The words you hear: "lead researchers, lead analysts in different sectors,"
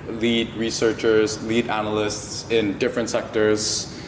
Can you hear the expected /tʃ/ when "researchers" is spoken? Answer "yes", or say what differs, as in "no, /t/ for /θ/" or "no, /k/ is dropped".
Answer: yes